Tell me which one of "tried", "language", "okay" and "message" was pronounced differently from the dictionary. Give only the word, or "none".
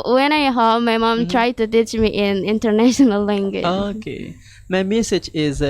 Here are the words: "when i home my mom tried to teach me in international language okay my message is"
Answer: language